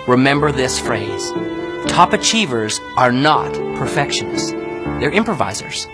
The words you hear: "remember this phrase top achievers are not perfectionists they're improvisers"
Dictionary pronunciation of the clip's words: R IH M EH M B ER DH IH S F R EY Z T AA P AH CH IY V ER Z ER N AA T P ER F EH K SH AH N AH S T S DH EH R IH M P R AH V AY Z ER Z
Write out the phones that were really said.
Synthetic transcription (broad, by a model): R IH M EH M B ER DH IH S F R EY Z T AA P AH CH IY V ER Z ER N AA T P ER F EH K SH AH N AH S S DH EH R IH M P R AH V AY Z ER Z